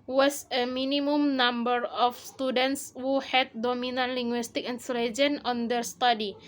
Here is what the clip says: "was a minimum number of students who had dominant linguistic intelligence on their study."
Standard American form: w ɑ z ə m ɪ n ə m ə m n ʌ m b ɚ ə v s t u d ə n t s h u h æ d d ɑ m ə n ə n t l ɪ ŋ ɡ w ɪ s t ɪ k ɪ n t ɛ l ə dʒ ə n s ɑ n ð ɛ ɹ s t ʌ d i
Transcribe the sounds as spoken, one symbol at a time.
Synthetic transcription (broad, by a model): w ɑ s ə m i n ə m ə m n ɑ m b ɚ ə f s t u d ə n t s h u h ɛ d d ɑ m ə n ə n l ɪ ŋ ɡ w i s t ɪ k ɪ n s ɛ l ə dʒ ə n ɑ n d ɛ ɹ s t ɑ d i